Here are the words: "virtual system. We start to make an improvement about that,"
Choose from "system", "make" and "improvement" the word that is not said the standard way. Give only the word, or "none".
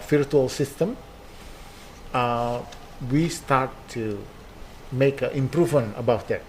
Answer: improvement